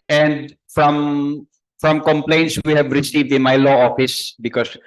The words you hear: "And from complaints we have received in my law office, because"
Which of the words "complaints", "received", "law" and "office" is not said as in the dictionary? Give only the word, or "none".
none